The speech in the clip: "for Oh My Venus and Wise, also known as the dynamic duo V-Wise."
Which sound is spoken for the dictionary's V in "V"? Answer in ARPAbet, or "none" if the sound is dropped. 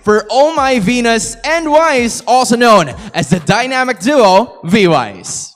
V